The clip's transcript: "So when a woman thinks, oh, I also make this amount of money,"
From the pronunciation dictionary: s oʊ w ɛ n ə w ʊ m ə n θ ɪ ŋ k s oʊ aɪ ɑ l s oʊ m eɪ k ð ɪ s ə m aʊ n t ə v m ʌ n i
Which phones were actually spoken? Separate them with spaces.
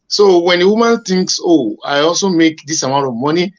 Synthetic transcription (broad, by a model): s oʊ w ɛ n ə w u m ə n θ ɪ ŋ k s oʊ aɪ ɑ l s oʊ m eɪ k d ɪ s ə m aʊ t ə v m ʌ n i